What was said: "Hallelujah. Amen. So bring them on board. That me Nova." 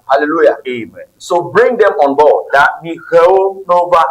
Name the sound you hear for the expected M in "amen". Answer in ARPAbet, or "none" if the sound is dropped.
M